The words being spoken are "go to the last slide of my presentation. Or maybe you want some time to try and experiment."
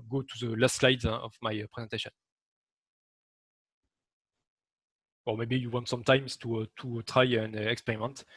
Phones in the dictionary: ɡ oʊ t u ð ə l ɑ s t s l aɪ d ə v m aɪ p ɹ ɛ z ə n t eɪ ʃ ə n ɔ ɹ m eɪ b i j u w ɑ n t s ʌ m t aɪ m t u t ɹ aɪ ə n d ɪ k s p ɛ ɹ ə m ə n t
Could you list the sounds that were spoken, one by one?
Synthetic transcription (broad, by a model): ɡ oʊ t u ð ə l ɑ s t s l aɪ d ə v m aɪ p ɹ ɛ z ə n t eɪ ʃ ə n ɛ l m eɪ b i j u w ɑ n t s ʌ m t aɪ m t u t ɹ aɪ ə n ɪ k s p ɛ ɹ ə m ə n t